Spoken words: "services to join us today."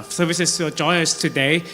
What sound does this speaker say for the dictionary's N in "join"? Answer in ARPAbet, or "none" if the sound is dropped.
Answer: none